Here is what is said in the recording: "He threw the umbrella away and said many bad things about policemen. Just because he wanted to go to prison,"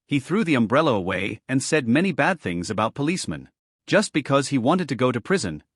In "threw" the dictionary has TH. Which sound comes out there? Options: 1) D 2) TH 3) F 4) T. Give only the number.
2